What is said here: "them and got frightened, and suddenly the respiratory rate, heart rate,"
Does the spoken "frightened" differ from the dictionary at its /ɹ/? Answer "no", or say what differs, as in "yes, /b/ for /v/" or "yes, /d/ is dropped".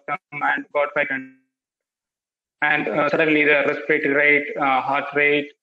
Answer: yes, /ɹ/ is dropped